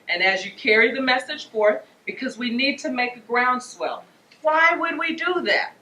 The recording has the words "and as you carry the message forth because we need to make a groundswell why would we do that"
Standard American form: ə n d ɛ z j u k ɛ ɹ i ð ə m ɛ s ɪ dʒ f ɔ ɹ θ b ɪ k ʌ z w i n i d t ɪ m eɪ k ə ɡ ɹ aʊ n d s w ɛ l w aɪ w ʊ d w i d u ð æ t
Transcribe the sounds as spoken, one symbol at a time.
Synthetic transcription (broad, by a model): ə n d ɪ z j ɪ k ɛ ɹ i ð ə m ɛ s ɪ ʒ f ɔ ɹ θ b ɪ k ʌ z w i n i d t ɪ m eɪ k ə ɡ ɹ aʊ n d s w ɛ l w aɪ w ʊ d w i d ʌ ð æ t